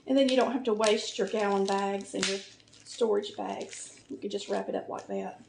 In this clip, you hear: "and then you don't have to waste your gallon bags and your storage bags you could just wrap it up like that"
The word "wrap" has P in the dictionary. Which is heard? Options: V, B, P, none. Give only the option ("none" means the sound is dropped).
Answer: P